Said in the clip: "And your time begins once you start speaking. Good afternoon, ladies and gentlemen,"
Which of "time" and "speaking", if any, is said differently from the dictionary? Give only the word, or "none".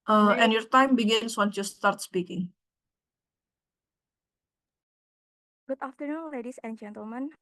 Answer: none